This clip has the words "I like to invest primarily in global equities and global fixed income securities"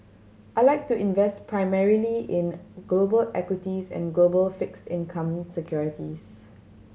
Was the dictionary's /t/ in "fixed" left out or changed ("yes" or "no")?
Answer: no